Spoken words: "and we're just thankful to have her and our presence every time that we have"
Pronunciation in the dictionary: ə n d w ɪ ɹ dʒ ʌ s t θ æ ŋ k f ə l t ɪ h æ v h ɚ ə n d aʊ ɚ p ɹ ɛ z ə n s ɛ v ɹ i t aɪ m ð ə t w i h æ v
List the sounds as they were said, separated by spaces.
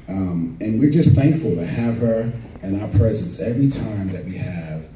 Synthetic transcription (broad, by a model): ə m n w ɪ ɹ dʒ ʌ s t θ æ ŋ k f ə l t ɪ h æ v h ɚ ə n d aʊ ɚ p ɹ ɛ z ə n s ɛ v ɹ i t aɪ m ð ə t w i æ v